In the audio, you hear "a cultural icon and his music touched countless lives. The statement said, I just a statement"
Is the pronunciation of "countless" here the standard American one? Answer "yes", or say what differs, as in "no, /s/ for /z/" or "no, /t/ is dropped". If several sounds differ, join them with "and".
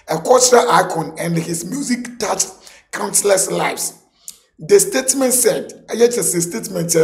no, /s/ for /t/